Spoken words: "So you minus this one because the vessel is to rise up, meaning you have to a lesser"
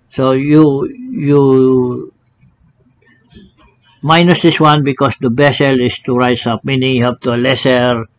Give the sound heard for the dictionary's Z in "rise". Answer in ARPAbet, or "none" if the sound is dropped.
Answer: S